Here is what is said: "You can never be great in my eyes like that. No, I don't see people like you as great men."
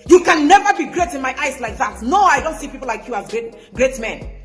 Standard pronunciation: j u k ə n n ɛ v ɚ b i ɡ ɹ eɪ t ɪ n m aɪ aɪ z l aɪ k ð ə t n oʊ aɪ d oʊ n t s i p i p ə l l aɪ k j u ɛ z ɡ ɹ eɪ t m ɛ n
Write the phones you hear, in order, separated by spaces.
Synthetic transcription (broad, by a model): j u k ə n n ɛ v ɚ b i ɡ ɹ eɪ t ɪ n m aɪ aɪ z l aɪ k ð ə t n oʊ aɪ d oʊ n t s i p i p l l aɪ k j u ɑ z ɡ ɹ eɪ t m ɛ n